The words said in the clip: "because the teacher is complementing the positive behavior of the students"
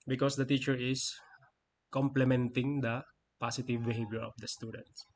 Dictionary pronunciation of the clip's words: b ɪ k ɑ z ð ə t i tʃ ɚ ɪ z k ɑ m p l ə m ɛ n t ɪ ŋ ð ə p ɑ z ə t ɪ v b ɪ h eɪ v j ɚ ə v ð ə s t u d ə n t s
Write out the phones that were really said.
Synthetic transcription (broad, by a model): b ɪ k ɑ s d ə t i tʃ ɚ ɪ s k ɑ m p l ə m ɛ n t ɪ ŋ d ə p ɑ s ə t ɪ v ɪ h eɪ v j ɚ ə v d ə s t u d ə n t s